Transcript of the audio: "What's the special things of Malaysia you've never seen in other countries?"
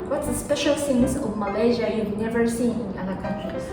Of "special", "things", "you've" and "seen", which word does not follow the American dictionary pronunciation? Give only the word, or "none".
things